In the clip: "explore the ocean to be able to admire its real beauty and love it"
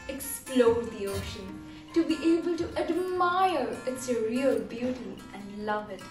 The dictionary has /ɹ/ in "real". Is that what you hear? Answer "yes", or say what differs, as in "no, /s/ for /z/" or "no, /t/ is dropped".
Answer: yes